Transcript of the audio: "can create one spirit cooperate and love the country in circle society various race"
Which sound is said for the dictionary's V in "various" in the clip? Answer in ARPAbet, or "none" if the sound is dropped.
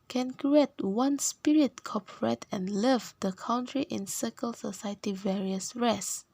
V